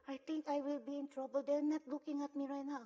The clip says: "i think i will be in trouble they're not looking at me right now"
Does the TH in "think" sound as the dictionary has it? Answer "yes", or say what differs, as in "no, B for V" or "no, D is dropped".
no, T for TH